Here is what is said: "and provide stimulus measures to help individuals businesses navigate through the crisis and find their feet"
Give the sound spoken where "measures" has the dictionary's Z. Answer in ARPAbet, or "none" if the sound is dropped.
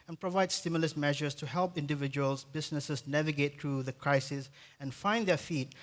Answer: S